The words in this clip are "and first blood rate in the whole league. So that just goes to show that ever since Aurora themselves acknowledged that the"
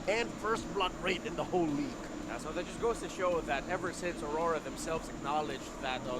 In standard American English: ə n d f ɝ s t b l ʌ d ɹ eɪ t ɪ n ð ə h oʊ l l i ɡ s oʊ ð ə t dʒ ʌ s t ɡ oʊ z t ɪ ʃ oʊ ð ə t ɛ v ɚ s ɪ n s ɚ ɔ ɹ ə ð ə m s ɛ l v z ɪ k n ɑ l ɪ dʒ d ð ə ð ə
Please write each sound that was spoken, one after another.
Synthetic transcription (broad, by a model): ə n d f ɝ s t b l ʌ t ɹ eɪ t ɪ n ð ə h oʊ l l i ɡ s oʊ ð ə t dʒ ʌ s ɡ oʊ z t ɪ ʃ oʊ ð ə t ɛ v ɚ s ɪ n s ɚ ɔ ɹ ə ð ə m s ɛ l v z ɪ k n ɑ l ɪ dʒ ð ə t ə